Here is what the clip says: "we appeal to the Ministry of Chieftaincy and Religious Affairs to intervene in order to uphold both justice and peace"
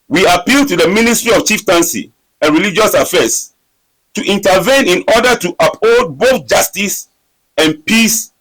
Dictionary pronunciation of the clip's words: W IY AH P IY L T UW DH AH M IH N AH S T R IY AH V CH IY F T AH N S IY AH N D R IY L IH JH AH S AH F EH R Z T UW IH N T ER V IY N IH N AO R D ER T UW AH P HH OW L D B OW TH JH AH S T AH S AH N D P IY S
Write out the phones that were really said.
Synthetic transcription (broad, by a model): W IY AH P IY L T UW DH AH M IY N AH S T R IY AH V CH IY F T AH N S IY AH N R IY L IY JH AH S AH F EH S T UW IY N T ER V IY N IH N AO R D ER T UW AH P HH OW D B OW TH JH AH S T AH S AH N P IY S